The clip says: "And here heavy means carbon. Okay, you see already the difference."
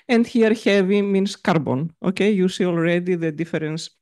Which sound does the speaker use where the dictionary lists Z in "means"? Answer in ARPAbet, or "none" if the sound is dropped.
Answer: S